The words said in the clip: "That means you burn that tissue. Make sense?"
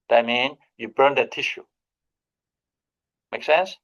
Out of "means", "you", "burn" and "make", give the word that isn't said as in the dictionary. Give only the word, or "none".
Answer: means